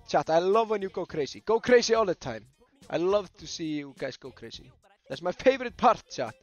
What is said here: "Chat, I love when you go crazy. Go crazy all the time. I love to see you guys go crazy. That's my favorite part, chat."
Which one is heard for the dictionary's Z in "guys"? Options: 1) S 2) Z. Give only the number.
1